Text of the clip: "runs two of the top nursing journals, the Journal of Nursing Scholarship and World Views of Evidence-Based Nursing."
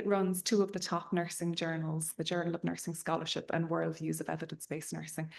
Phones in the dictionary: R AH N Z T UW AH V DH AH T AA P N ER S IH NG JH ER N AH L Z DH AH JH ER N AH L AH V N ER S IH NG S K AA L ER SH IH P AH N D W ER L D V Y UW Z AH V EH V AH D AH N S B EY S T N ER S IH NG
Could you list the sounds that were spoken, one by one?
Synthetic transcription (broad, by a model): R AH N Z T UW AH V DH AH T AA P N ER S IH NG JH ER N AH L Z DH AH JH ER N AH L AH V N ER S IH NG S K AA L ER SH IH P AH N W ER L D V Y UW Z AH V EH V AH D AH N S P EY S N ER S IH NG